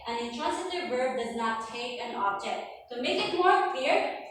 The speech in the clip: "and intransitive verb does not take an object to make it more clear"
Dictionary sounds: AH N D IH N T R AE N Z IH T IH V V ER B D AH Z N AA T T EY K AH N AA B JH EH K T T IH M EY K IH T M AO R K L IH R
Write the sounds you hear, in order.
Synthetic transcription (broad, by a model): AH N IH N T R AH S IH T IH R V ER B D AH Z N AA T T EY K AH N AA B JH EH K T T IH M EY K IH T M AO R K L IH R